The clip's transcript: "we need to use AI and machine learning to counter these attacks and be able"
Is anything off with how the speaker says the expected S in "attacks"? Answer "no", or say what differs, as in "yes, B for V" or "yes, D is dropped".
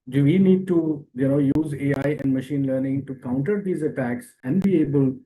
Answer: no